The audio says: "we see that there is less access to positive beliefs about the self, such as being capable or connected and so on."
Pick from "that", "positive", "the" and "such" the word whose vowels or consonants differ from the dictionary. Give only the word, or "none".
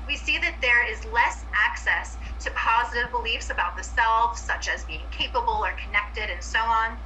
none